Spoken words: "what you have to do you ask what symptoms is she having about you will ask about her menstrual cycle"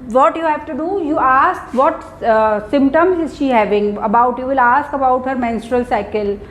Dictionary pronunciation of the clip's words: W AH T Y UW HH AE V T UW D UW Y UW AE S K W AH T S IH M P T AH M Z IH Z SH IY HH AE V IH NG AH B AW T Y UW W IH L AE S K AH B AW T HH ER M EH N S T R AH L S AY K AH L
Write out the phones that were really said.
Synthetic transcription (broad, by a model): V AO T Y UW HH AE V T UW D UW Y UW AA S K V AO T S IH M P T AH M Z IH Z SH IY HH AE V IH NG AH B AW T Y UW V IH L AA S K AH B AW T HH ER M EH N S T R AH L S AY K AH L